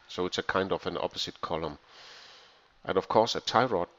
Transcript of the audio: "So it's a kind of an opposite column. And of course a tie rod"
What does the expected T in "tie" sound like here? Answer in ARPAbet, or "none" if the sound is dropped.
T